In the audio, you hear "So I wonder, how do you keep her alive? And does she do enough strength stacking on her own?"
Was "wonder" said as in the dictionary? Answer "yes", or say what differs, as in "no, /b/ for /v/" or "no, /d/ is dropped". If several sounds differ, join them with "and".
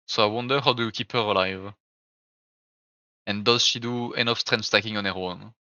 yes